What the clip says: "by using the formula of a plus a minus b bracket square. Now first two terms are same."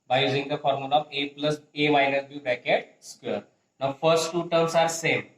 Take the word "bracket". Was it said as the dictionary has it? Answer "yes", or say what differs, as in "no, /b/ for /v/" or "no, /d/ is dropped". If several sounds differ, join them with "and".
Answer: no, /ɹ/ is dropped